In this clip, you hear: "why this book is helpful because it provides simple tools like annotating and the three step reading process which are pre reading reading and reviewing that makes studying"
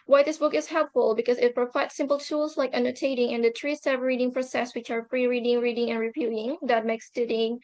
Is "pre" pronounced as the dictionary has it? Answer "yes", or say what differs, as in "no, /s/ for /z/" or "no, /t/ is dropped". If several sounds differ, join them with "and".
no, /f/ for /p/